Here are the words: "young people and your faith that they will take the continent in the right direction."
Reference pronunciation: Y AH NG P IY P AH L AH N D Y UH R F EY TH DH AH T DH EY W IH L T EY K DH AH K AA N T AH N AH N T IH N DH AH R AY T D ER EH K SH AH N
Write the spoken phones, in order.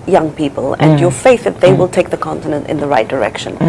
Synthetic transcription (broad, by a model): Y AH NG P IY P AH L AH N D Y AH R F EY TH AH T DH EY W IH L T EY K DH AH K AA N T AH N AH N T IH N DH AH R AY T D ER EH K SH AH N